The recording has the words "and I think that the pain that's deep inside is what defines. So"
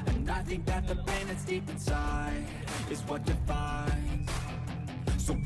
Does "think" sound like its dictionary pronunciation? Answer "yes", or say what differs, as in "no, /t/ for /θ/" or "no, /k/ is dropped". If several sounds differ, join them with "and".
yes